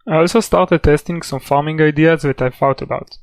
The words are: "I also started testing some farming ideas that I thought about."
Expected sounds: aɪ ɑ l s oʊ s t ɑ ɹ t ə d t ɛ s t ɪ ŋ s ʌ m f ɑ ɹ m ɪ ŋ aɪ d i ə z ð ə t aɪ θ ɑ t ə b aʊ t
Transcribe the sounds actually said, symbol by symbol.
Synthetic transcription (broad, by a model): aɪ ɑ l s oʊ s t ɑ ɹ t ə d t ɛ s t ɪ ŋ s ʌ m f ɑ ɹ m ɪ ŋ aɪ d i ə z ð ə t aɪ f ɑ t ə b aʊ t